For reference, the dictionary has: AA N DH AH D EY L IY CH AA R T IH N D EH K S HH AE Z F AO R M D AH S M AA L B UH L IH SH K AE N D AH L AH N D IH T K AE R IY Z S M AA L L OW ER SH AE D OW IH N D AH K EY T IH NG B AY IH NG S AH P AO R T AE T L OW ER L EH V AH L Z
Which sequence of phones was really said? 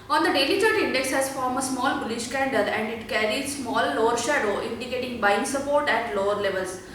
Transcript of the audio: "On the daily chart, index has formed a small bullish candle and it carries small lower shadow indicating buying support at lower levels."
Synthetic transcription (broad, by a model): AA N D AH D EY L IY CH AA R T IH N D EH K S HH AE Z F AO R M AH S M AA L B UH L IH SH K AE N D AH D AH N D IH T K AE R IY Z S M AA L L OW ER SH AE D OW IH N D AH K EY T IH NG B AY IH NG S AH P AO R T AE T L OW ER L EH V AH L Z